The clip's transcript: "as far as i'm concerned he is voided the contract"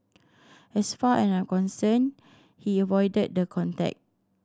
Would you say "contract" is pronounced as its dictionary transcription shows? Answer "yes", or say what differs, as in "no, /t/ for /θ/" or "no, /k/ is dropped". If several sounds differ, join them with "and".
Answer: no, /ɹ/ is dropped